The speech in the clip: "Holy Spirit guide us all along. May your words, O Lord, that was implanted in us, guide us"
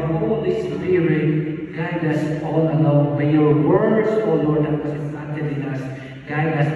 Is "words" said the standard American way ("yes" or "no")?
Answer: no